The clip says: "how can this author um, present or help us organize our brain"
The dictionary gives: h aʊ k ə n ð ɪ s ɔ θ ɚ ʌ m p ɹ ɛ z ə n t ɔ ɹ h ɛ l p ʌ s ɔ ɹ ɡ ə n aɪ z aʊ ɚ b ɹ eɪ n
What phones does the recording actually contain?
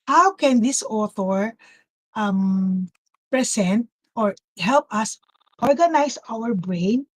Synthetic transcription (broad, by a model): h aʊ k ə n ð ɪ s ɔ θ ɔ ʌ m p ɹ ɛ s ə n t ɔ ɹ h ɛ l p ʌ s ɔ ɹ ɡ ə n aɪ s aʊ ɚ b ɹ eɪ n